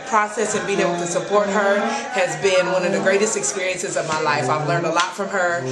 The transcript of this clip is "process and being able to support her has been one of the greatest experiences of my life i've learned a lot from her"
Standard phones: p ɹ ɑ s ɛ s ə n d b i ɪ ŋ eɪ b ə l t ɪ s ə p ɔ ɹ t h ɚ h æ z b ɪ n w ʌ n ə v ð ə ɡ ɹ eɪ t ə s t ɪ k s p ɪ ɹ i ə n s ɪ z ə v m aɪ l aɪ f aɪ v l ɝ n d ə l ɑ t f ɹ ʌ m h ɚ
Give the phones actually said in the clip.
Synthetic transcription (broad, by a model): p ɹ ɑ s ɛ s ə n b i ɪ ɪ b l t ɪ s ə p ɔ ɹ t h ɚ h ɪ z b ɪ n w ʌ n ə v ð ə ɡ ɹ eɪ t ə s t ɪ k s p ɪ ɹ i ə n s ɪ z ə v m aɪ l aɪ f aɪ v l ɝ n d ə l ɑ t f ɹ ʌ m ɚ